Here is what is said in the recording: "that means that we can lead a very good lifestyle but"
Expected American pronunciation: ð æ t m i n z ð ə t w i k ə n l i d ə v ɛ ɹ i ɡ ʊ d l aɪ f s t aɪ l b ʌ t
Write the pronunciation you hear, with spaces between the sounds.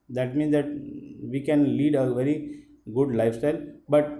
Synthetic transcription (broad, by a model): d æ t m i n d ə t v i k ə n l i d ə v ɛ ɹ i ɡ ʊ d l aɪ f s t aɪ l b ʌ t